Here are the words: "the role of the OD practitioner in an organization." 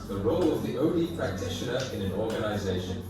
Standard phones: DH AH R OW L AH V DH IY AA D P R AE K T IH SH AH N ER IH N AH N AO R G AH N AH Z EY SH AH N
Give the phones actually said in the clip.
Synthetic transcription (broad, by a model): DH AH R OW L AH V DH IY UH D P R AE K T IH SH AH N ER IH N AH N AO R G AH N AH Z EY SH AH N